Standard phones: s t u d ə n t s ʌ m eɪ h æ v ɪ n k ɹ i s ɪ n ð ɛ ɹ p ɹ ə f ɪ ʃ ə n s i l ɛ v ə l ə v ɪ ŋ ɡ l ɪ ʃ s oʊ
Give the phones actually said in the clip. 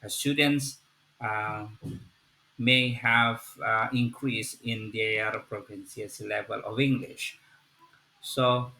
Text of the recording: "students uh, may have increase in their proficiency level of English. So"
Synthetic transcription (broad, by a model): s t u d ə n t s m eɪ h æ v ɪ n k ɹ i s ɪ n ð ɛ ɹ p ɹ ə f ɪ s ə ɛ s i l ɛ v ə l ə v ɪ ŋ ɡ l ɪ ʃ s oʊ